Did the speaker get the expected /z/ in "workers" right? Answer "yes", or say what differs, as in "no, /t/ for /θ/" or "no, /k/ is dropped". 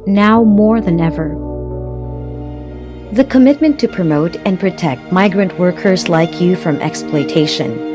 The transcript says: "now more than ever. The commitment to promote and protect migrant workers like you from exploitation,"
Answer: yes